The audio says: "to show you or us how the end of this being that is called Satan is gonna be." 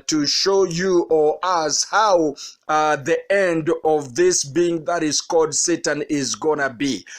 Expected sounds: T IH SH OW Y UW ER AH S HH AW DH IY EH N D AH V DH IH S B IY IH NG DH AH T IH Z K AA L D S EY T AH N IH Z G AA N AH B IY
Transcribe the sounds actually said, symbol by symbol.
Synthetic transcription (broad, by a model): T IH SH OW Y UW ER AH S HH AW DH IY EH N D AH V DH IH S B IY IH NG DH AH T IH Z K AA L D S EY T AH N IH Z G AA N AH B IY